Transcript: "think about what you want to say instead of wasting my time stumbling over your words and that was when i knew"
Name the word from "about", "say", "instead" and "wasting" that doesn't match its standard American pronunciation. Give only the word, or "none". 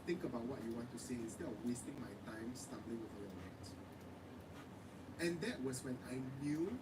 instead